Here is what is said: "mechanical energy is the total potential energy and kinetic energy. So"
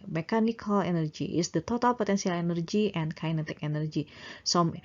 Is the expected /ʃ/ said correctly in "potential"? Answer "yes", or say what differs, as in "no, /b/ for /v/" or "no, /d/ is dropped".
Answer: no, /s/ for /ʃ/